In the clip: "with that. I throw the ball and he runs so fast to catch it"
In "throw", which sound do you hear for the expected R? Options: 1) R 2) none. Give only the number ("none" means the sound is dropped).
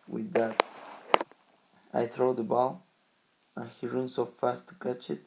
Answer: 1